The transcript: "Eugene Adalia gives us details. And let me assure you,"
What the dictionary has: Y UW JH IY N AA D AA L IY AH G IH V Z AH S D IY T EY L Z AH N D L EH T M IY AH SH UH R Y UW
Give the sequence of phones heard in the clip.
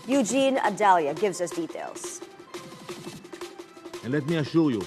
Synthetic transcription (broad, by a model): Y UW JH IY N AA D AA L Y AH G IH V Z AH S D IY T EY L Z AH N L EH T M IY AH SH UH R Y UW